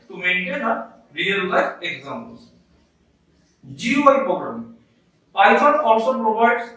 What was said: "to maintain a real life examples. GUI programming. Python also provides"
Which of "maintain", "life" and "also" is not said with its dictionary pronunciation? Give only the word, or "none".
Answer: life